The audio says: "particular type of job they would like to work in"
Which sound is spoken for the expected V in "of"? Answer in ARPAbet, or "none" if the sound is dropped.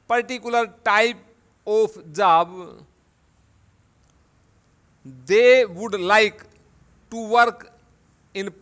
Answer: P